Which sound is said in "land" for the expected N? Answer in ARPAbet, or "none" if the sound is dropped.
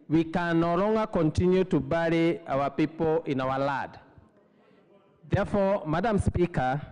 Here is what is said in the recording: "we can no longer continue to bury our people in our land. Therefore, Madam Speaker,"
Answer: none